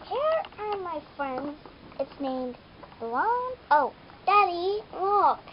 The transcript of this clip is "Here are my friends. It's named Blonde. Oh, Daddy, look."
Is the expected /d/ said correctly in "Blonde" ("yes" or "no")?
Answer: no